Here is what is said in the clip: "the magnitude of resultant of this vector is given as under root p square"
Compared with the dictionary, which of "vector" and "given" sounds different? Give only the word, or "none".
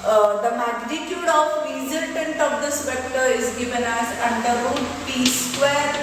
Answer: vector